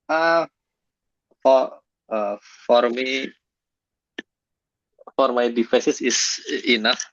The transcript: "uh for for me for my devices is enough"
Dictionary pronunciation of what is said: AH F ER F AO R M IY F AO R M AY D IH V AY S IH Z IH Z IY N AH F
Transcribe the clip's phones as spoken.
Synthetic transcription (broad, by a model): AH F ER F AO R M IY F AO R M AY D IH F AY S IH S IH S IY N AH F